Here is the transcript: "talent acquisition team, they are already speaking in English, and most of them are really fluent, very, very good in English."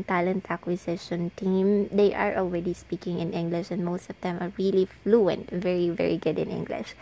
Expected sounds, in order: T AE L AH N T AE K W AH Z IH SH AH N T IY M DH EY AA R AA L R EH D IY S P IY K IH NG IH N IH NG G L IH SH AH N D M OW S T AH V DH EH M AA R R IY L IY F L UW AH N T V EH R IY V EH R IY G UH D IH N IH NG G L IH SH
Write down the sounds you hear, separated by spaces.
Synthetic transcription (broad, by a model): T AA L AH N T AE K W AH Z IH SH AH N T IY M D EY AA R AA L R EH D IY S P IY K IH NG IH N IH NG G L IH SH AH N D M OW S T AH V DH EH M AA R R IY L IY F L UW AH N T V EH R IY V EH R IY G UH D IH N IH NG G L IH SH